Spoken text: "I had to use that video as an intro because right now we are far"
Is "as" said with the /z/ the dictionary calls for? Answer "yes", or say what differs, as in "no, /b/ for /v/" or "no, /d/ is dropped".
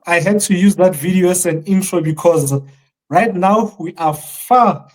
no, /s/ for /z/